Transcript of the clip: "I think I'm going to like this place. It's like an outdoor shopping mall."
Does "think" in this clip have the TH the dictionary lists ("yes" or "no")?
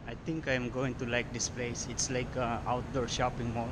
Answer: no